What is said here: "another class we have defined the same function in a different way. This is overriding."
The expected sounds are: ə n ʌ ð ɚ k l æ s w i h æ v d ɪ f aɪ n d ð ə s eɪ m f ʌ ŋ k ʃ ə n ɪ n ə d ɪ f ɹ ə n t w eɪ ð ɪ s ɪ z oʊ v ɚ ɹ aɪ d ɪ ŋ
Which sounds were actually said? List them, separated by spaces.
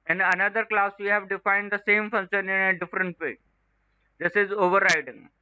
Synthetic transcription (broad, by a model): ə n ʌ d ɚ k l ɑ s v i h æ v d ɪ f aɪ n d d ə s eɪ m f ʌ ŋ ʃ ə n ɪ n ə d ɪ f ɹ ə n t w eɪ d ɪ s ɪ z oʊ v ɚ ɹ aɪ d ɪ ŋ